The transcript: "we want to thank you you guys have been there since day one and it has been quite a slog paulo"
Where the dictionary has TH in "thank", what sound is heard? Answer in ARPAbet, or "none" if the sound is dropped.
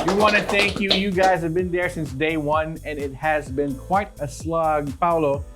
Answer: TH